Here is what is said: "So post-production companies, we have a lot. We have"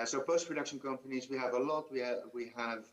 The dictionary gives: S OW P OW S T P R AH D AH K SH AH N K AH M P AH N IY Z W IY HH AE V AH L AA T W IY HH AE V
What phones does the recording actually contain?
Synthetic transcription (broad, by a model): S OW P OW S P R AH D AH K SH AH N K AH M P AH N IY Z W IY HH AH V AH L AA T W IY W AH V